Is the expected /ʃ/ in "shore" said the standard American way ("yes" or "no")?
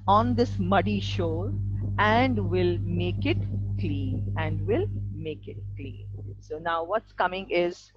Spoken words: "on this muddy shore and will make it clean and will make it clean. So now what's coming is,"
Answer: yes